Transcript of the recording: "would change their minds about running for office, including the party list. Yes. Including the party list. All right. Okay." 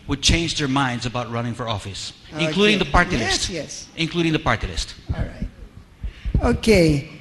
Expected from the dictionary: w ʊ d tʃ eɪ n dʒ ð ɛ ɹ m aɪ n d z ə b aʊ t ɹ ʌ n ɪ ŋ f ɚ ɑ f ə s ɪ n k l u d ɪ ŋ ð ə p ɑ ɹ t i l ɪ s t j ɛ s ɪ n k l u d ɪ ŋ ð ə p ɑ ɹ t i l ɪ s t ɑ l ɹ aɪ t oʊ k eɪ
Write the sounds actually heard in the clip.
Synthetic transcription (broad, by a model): w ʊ d tʃ eɪ n dʒ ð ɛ ɹ m aɪ n d z ə b aʊ t ɹ ʌ n ɪ ŋ f ɚ ɑ f ə s ɪ n k l u d ɪ ŋ ð ə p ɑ ɹ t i l ɪ s t j ɛ s ɪ n k l u d ɪ ŋ ð ə p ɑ ɹ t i l ɪ s t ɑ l ɹ aɪ t oʊ k eɪ